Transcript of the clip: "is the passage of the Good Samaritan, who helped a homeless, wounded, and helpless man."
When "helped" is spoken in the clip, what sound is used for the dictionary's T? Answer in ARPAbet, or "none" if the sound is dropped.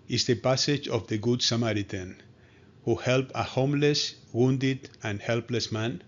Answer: none